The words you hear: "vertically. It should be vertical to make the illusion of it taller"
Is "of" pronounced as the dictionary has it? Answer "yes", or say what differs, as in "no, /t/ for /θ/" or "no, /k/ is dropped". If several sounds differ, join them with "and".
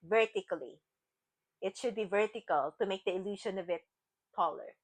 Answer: yes